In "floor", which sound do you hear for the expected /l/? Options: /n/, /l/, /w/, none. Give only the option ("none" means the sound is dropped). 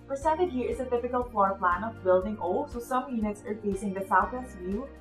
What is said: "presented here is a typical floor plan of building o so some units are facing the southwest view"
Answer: none